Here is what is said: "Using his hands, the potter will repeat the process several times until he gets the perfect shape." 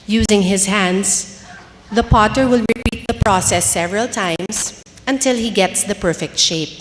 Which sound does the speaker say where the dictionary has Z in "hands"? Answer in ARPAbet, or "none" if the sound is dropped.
S